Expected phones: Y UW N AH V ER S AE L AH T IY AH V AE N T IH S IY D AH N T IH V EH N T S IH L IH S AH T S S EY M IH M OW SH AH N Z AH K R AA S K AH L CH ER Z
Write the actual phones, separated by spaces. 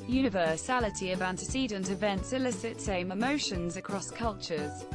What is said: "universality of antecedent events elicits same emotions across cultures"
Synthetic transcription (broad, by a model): Y UW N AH V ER S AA L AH T IY AH V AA N T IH S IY D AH N T IH V EH N T S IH L IH S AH T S S EY M IH M OW SH AH N Z AH K R AA S K AH L CH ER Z